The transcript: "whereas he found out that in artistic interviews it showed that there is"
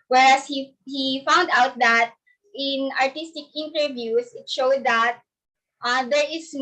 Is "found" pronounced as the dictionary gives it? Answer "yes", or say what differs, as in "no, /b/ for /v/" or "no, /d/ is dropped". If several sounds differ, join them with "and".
yes